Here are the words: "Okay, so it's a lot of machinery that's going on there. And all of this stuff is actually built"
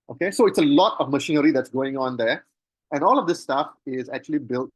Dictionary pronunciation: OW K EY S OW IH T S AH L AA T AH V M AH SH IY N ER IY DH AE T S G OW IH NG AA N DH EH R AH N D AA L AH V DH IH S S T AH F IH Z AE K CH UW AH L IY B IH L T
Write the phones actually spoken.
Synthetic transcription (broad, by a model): OW K EY S OW IH T S AH L AA T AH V M AH SH IY N ER IY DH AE T S G OW IH NG AA N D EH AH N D AA L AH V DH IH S S T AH F IH Z AE K CH UW AH L IY B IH L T